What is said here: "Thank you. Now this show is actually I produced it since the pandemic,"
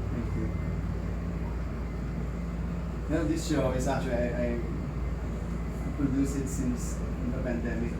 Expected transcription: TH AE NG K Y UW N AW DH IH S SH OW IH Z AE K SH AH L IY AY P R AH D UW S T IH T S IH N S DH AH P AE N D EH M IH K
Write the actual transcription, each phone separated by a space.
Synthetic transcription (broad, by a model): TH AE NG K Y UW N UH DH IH S SH OW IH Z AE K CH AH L IY AY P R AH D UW S IH T S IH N S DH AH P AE N D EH M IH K